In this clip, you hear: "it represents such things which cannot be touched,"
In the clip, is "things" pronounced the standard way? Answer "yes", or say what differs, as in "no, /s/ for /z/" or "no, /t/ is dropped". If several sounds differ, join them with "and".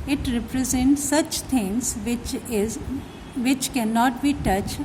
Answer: no, /t/ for /θ/